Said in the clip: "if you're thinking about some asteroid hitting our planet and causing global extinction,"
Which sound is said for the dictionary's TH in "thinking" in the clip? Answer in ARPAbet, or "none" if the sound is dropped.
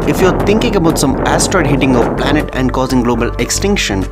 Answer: T